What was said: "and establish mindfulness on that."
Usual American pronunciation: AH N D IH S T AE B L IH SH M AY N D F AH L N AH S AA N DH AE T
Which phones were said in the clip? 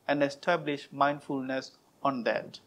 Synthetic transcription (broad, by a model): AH N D IH S T AE B L IH SH M AY N D F AH L N AH S AA N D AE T